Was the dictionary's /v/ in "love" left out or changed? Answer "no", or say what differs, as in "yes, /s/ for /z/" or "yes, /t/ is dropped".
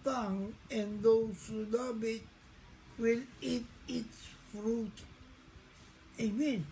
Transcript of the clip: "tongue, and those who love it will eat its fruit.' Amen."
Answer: yes, /b/ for /v/